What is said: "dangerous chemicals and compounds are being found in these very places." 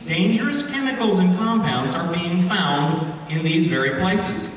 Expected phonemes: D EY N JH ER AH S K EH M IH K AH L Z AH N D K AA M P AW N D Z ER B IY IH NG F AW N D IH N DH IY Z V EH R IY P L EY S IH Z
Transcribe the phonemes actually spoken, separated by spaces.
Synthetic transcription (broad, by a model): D EY N JH ER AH S K EH M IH K L Z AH N K AA M P AW N D Z ER B IY IH NG F AW N D IH N DH IY Z V EH R IY P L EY S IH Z